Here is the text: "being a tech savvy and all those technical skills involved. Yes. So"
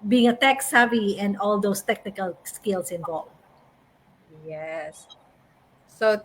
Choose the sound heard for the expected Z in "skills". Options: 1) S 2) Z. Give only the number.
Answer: 1